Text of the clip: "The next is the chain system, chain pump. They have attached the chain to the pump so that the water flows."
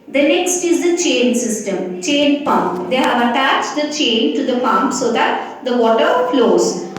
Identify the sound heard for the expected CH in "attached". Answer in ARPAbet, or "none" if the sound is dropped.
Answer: CH